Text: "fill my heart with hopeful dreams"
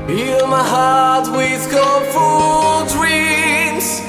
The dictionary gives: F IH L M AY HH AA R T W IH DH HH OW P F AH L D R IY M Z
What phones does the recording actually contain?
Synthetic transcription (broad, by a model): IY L M AY HH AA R T W IH DH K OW F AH L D R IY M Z